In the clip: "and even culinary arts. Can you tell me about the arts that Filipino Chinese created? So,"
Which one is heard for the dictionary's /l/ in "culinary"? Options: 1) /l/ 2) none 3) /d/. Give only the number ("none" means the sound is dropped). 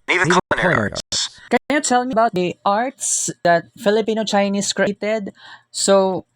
2